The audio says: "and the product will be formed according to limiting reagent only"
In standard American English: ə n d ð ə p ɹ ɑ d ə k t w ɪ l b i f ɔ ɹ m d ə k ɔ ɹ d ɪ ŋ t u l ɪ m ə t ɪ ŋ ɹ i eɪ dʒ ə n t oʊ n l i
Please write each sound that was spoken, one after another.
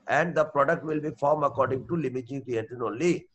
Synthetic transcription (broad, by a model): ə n d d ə p ɹ ɑ d ə k t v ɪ l b i f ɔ ɹ m ə k ɔ ɹ d ɪ ŋ t u l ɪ m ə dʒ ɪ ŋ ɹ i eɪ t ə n oʊ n l i